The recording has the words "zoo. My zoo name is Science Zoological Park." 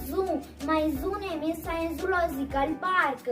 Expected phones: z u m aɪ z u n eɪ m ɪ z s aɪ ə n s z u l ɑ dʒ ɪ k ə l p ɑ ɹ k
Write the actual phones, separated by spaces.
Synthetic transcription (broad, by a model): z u m aɪ z u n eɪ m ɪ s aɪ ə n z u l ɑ z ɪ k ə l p ɑ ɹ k